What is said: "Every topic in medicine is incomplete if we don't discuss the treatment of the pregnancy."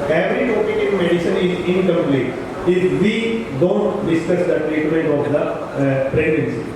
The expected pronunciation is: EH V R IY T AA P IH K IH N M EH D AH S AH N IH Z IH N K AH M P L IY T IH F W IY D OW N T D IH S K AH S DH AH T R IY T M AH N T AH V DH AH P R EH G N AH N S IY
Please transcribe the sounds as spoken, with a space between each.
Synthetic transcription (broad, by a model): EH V R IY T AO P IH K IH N M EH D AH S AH N IH Z IH N K AH M P L IY T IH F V IY D OW N T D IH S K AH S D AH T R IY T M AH T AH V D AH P R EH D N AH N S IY